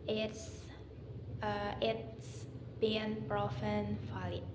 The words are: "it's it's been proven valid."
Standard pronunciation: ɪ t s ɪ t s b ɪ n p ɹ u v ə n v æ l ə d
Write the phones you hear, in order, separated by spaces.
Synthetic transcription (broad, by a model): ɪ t s ɪ t s b ɪ n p ɹ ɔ f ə n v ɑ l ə